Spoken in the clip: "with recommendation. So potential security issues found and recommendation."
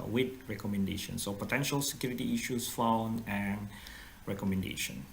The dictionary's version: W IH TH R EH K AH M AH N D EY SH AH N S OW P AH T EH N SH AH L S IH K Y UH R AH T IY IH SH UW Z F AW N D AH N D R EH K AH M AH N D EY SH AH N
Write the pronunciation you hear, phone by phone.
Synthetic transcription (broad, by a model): W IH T R EH K AH M AH N D EY SH AH N S OW P AH T EH N SH AH L S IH K Y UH R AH T IY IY SH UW S F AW N AH N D R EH K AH M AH N D EY SH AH N